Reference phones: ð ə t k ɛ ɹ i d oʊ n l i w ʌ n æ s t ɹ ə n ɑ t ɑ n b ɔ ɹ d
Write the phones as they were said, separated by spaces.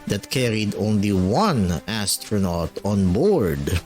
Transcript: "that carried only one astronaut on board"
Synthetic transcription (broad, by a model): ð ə t k ɛ ɹ i d oʊ n l i w ʌ n æ s t ɹ ə n ɑ t ɑ n b ɔ ɹ d